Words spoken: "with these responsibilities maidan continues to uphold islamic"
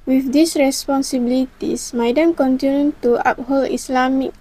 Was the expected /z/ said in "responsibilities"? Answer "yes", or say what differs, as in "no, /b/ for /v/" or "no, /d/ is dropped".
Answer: no, /s/ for /z/